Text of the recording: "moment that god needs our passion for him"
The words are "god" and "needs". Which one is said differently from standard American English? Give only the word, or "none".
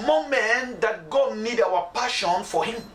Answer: needs